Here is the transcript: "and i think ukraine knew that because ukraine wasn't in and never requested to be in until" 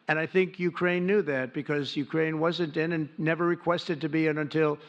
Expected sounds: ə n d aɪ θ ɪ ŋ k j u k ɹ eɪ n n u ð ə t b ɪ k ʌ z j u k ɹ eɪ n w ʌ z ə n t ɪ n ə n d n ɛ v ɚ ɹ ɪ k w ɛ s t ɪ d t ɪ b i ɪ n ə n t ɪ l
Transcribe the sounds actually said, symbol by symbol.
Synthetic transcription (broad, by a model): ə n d aɪ θ ɪ ŋ k j u k ɹ eɪ n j u ð ə t b ɪ k ʌ z j u k ɹ eɪ n w ʌ z ə n t ɪ n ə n n ɛ v ɚ ɹ ɪ k w ɛ s t ɪ d t ɪ b i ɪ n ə n t ɪ l